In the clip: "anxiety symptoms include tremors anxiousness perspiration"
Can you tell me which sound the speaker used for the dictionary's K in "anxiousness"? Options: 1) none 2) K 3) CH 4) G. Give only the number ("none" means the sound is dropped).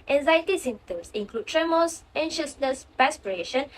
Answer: 1